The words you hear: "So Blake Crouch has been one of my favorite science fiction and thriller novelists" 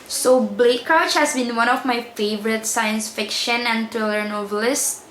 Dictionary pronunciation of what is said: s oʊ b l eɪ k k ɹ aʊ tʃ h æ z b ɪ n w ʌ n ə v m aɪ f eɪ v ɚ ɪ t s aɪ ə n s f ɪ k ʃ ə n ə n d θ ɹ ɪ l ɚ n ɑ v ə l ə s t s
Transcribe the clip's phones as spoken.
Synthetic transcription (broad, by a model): s oʊ b l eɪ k k aʊ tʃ h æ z b ɪ n w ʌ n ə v m aɪ f eɪ v ɚ ɪ t s aɪ ə n s f ɪ k ʃ ə n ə n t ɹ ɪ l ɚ n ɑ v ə l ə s s